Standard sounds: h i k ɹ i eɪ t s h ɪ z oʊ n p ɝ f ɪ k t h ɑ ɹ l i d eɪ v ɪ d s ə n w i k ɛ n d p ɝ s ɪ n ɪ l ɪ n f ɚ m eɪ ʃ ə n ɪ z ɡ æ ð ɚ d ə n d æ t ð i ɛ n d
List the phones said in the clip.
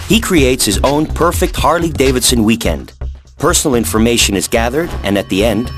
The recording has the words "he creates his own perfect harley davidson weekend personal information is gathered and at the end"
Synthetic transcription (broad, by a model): h i k ɹ i eɪ t s h ɪ z oʊ n p ɝ f ɪ k t h ɑ ɹ l i d eɪ v ɪ d s ə n w i k ɛ n d p ɝ s n l ɪ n f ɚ m eɪ ʃ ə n ɪ z ɡ æ ð ɚ d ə n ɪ t ð i ɛ n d